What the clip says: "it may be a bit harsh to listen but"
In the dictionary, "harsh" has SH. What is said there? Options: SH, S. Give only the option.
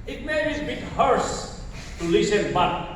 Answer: S